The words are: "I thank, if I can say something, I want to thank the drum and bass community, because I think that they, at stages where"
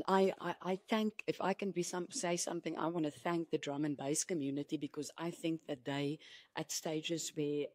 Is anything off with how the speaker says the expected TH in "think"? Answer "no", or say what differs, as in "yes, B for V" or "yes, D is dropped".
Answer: no